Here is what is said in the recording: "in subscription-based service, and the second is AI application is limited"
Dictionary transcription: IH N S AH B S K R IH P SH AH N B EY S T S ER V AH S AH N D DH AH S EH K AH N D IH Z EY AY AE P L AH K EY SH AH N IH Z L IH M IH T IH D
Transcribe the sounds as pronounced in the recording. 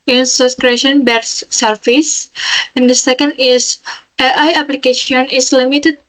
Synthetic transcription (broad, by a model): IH N S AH S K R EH SH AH N B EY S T S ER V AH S AH N D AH S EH K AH N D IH S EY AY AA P L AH K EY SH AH N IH S L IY M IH T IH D